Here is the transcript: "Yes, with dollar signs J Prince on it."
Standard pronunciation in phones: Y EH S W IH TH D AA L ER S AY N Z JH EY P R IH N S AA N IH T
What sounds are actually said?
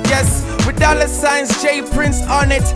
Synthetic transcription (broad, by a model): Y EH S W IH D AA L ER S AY N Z JH EY P R IH N S AA N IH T